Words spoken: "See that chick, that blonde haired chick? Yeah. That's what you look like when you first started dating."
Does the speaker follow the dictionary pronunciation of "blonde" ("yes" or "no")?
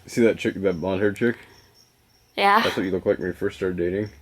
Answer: no